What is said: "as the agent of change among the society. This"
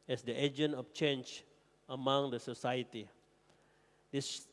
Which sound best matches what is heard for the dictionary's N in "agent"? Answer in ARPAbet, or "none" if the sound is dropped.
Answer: N